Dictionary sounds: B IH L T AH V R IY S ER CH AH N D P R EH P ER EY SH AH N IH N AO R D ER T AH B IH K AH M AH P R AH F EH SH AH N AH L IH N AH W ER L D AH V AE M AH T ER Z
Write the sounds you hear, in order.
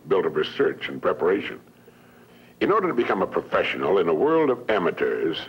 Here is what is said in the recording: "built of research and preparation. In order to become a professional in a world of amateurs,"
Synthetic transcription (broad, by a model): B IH L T AH V R IY S ER CH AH N P R EH P ER EY SH AH N IH N AO R D ER T AH B IH K AH M AH P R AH F EH SH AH N L IH N AH W ER L D AH V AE M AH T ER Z